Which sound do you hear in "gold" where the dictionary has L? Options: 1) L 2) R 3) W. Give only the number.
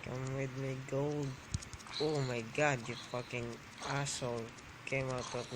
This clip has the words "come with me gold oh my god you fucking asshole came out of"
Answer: 3